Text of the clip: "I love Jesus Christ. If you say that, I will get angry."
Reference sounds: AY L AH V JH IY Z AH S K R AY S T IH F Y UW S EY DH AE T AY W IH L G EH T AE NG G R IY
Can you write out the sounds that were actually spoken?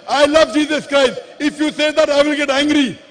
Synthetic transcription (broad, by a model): AY L AH V JH IY Z AH S K R AY S T IH F Y UW S EY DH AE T AY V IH L G EH T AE NG G R IY